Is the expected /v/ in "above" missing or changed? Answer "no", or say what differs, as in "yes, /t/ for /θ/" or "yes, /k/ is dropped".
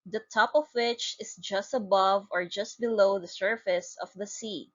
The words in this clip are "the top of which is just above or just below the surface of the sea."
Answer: no